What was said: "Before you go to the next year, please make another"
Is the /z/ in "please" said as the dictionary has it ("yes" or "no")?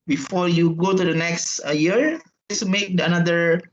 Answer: no